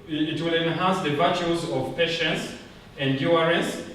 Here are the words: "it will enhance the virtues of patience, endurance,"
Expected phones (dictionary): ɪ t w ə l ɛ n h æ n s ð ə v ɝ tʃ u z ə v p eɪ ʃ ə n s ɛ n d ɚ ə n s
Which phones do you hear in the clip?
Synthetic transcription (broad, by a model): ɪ t w ə l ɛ n h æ n s ð ə v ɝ tʃ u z ə v p eɪ ʃ ə n s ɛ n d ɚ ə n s